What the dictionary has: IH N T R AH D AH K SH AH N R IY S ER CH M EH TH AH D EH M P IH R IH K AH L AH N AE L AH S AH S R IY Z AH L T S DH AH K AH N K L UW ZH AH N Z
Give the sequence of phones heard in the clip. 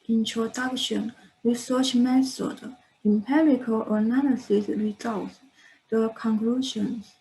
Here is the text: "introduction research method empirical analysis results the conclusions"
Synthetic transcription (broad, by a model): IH N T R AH D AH K SH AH N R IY S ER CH M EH S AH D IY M P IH R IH K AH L AH N AE L AH S AH S R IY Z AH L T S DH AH K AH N K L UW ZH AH N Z